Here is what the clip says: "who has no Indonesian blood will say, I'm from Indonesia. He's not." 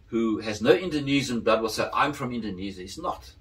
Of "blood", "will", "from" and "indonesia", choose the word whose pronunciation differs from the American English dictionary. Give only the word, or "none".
indonesia